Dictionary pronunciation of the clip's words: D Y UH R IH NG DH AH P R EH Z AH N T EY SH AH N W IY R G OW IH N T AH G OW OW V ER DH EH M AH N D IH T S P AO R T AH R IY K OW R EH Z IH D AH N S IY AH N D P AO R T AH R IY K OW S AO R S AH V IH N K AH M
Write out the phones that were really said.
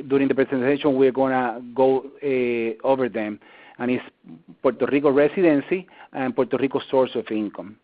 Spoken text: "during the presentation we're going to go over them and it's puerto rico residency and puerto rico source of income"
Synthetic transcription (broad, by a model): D Y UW R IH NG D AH P R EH S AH N T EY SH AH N W IY R G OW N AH G OW OW V ER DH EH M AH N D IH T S P AO R T AH R IY K OW R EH S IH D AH N S IY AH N P AO R T AH R IY K OW S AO R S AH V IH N K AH M